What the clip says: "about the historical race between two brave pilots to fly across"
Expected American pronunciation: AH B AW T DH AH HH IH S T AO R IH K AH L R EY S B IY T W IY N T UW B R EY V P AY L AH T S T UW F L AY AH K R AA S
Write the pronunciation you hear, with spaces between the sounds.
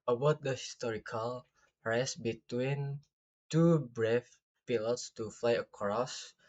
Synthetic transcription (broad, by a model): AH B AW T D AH HH IH S T AO R IH K AH L R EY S B IY T W IY N T UW B R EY F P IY L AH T S T UW F L AY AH K R AA S